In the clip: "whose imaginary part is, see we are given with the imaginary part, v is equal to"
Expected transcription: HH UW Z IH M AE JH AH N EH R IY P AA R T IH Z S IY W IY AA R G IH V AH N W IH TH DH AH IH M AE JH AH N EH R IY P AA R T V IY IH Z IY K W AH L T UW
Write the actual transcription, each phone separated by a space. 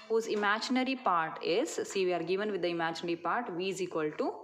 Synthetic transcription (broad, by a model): HH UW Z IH M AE JH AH N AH R IY P AA R T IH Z S IY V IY AA R G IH V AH N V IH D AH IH M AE JH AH N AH R IY P AA R T V IY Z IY K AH L T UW